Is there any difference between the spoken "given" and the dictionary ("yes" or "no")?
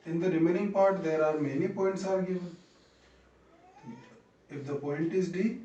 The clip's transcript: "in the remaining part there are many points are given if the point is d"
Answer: no